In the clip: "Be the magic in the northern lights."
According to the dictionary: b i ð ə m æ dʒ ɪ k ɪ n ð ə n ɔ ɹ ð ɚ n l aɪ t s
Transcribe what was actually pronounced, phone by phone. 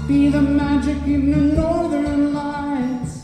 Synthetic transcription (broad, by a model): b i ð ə m æ dʒ ɪ k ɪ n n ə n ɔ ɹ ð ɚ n l aɪ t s